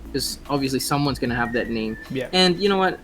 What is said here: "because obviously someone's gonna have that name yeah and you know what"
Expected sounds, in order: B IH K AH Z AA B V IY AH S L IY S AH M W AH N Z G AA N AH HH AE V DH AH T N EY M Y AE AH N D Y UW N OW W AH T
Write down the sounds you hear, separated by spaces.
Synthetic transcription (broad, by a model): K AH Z AA B V IY AH S L IY S AH M W AH N Z G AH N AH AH V DH AH T N EY M Y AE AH N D Y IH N OW W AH T